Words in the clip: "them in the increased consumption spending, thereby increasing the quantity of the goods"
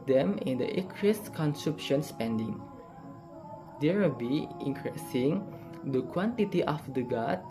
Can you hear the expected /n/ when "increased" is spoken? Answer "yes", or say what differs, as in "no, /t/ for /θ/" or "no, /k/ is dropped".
no, /n/ is dropped